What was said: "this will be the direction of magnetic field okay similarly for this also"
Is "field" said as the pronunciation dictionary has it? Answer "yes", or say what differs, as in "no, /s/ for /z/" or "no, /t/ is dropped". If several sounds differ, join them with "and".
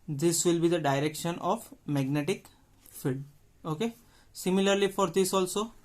no, /l/ is dropped